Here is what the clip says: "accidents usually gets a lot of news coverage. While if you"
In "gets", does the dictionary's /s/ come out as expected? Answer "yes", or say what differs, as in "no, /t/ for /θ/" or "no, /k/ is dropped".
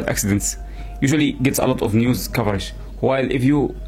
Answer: yes